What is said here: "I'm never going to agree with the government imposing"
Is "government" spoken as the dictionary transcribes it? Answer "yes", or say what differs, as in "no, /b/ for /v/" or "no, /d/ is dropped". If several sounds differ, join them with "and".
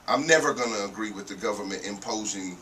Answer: yes